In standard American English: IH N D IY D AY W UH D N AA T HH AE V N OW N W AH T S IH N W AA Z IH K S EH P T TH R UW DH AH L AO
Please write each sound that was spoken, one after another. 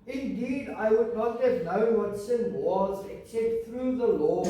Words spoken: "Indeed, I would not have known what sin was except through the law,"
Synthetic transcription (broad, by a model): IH N D IY D AY W UH D N AA T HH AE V N OW N W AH T S IH N W AA Z IH K S EH P T TH R UW DH AH L AO